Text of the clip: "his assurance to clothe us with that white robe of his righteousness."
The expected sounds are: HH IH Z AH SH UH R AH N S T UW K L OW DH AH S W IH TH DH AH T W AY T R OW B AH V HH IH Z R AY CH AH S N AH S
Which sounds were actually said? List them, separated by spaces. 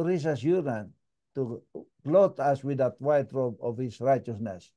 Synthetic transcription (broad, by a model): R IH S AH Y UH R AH N T UW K L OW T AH S W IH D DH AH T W AY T R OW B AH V HH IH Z R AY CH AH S N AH S